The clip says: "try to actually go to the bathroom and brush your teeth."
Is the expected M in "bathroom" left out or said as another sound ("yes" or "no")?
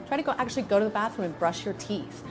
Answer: yes